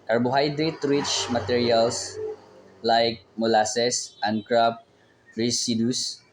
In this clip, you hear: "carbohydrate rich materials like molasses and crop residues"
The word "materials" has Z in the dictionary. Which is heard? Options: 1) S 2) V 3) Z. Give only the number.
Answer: 1